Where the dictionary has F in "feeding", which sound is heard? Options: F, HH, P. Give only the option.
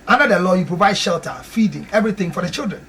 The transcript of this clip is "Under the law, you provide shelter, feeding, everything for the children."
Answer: F